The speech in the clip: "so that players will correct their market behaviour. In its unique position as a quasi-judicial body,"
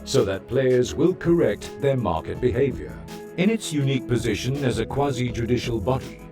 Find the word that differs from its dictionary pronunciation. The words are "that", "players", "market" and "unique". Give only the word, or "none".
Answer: none